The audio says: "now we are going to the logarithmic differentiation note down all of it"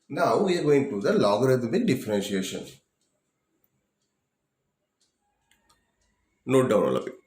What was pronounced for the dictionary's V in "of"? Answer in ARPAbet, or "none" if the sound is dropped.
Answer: P